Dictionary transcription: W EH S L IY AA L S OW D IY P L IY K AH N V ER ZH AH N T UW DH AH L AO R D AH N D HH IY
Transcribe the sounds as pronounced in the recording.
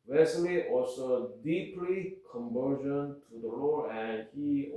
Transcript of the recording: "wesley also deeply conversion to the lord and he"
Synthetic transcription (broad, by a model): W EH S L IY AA S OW D IY P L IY K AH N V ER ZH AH N T UW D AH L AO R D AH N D HH IY